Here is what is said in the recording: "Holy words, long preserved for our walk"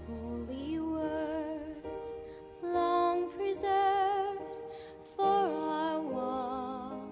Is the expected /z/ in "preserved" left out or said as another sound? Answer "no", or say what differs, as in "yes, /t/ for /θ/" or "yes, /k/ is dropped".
no